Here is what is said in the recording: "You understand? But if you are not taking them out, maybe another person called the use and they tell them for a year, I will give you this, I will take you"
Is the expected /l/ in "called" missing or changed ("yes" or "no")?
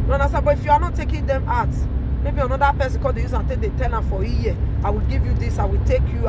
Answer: yes